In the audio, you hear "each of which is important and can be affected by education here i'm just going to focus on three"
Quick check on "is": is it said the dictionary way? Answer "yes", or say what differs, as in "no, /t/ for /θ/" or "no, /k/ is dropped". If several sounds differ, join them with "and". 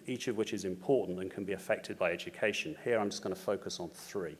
yes